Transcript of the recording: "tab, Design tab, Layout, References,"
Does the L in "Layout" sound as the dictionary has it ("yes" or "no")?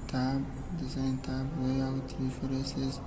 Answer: no